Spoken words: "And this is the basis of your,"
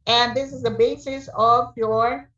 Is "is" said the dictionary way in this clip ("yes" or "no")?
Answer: yes